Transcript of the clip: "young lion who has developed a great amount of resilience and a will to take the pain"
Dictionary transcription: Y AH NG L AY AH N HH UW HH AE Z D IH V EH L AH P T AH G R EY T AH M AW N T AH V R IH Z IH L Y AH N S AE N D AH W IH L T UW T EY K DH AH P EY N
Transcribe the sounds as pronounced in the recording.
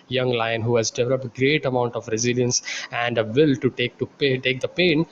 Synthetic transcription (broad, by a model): Y AH NG L AY AH N HH UW HH AE Z D IH V EH L AH P T G R EY T AH M AW N T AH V R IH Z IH L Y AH N S AE N D AH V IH L T UW T EY K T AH P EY N